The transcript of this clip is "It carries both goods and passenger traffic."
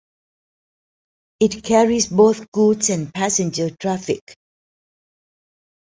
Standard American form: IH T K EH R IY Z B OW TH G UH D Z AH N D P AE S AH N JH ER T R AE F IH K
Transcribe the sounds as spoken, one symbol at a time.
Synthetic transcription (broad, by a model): IH T K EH R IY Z B OW TH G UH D S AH N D P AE S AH N JH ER T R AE F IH K